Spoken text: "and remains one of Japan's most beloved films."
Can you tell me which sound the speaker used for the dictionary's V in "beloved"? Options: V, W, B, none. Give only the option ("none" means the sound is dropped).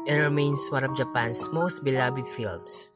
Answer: B